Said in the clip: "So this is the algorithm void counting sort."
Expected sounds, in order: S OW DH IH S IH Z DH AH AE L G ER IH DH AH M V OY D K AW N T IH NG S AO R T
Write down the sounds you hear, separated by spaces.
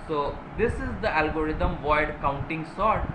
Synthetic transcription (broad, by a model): S OW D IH S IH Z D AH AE L G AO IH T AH M V OY D K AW N T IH NG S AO R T